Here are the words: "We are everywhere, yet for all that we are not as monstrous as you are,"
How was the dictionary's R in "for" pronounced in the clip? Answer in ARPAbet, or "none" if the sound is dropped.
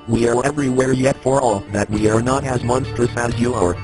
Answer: R